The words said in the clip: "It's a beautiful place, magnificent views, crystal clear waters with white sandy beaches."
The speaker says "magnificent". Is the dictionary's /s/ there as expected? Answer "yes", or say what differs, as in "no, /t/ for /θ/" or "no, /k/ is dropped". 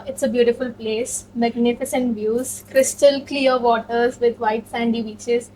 yes